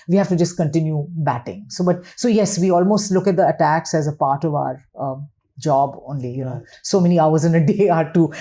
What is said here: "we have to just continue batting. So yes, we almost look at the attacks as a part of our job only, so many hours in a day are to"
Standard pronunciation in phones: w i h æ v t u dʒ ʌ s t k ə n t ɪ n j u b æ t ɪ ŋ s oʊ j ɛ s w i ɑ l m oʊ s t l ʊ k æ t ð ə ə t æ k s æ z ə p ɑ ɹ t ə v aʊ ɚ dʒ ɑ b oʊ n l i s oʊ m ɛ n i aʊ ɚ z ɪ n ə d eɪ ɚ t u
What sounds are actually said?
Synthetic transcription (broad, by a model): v i h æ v t u dʒ ʌ s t k ə n t ɪ n j u b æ t ɪ ŋ s oʊ j ɛ s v i ɑ l m oʊ s t l ʊ k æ t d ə ə t æ k s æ z ə p ɑ ɹ t ə v aʊ ɚ dʒ ɑ b oʊ n l i s oʊ m ɛ n i aʊ ɚ z ɪ n ə d eɪ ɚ t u